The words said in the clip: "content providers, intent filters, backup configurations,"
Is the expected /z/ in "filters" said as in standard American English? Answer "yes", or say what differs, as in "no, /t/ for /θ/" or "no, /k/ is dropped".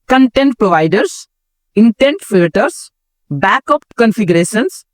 no, /s/ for /z/